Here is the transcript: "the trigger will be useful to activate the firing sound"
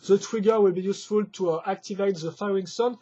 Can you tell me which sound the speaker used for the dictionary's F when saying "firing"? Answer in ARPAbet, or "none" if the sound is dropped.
F